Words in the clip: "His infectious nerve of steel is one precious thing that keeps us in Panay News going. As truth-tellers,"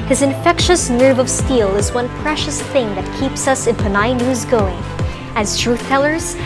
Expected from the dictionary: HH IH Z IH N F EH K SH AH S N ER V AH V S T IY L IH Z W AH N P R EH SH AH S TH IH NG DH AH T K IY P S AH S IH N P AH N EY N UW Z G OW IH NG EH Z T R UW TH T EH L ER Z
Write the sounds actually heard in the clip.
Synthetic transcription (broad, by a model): HH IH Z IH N F EH K SH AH S N ER V AH V S T IY L IH Z W AH N P R EH SH AH S TH IH NG DH AH T K IY P S AH S IH N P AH N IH N UW Z G OW IH NG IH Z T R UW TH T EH L ER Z